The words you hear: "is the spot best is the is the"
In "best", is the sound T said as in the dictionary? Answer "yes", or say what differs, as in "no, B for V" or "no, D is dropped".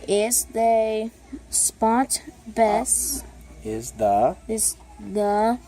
no, T is dropped